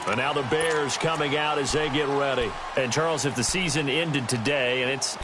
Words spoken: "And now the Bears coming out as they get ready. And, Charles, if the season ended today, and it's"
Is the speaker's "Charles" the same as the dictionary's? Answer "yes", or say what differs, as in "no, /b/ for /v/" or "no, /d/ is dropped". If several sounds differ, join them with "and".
yes